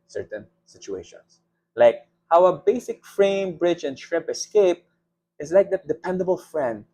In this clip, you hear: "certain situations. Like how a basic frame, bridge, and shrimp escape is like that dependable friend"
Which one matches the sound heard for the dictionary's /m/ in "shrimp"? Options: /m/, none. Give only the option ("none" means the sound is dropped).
none